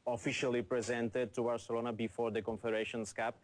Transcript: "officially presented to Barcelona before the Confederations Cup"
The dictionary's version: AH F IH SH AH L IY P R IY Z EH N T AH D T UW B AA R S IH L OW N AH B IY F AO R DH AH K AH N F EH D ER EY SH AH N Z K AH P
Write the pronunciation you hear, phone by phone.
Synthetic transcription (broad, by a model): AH F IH SH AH L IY P R IY Z EH N T AH D T UW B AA R S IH L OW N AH B IY F AO R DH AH K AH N F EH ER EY SH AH N S K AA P